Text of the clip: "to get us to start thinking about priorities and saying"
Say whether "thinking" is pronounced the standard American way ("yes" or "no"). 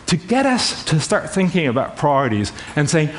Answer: yes